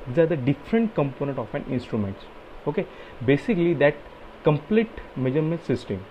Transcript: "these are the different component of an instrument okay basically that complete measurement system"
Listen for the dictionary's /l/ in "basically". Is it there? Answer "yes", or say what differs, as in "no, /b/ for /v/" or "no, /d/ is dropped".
yes